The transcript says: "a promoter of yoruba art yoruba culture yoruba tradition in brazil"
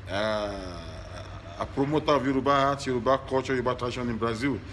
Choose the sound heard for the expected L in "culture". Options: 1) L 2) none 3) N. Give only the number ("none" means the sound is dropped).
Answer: 2